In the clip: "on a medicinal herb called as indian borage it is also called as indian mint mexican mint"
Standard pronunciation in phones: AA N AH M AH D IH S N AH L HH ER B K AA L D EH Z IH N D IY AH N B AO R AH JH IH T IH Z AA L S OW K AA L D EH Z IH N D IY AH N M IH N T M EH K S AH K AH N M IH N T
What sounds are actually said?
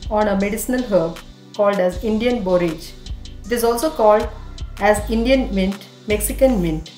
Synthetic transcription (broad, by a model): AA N AH M AH D IH S N AH L HH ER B K AA L D EH Z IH N D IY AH N B AO R AH JH IH T IH Z AA L S OW K AA L D EH Z IH N D IY AH N M IH N T M EH K S AH K AH N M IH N T